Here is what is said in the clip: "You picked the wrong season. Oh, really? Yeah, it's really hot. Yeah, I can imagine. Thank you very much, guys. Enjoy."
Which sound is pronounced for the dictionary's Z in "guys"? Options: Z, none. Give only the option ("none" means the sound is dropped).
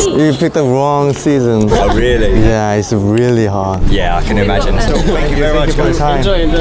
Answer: none